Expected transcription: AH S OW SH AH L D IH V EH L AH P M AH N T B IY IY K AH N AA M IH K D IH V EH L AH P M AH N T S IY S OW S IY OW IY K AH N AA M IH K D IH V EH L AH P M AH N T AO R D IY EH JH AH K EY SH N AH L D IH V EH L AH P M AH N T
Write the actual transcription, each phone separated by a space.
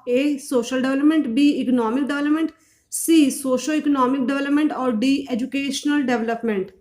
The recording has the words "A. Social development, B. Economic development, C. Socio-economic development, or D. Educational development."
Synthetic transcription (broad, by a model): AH S OW SH AH L D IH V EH L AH P M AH N T B IY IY K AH N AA M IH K D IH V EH L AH P M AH N T S IY S OW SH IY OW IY K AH N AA M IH K D IH V EH L AH P M AH N T AO R D IY EH JH AH K EY SH N AH L D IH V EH L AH P M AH N T